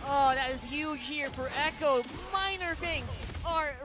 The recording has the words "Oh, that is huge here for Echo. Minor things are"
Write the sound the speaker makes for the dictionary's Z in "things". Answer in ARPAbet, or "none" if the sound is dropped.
none